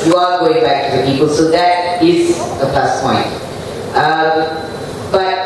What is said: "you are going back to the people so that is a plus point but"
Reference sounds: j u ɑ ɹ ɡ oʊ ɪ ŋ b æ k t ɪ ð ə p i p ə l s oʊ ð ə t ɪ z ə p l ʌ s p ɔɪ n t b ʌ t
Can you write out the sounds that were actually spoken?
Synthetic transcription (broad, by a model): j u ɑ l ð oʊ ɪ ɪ b æ k t ɪ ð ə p i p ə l s oʊ ð ə t ɪ z ə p ʌ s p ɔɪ n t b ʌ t